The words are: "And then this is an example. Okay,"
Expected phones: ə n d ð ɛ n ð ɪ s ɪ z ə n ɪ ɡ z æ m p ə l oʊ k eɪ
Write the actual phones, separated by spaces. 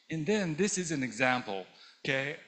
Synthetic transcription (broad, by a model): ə n ð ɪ n ð ɪ s ɪ z ə n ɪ ɡ z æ m p l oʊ k eɪ